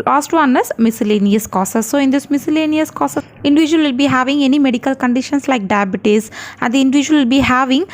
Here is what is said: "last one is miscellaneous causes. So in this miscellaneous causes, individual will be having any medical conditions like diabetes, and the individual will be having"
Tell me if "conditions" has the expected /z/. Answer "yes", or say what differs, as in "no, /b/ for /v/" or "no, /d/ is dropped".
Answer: no, /s/ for /z/